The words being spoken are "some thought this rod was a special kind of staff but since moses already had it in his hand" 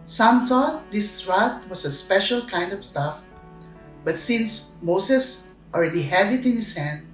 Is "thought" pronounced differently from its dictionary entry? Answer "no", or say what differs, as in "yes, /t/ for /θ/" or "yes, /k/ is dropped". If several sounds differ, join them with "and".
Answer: yes, /t/ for /θ/